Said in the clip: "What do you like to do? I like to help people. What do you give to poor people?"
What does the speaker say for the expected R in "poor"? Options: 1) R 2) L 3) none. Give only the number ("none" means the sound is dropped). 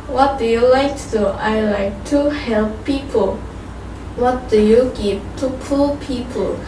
2